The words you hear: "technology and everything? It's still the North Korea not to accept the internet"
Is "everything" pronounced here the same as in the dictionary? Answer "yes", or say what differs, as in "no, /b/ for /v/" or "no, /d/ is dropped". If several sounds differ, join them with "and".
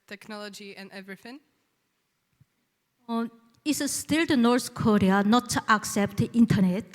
yes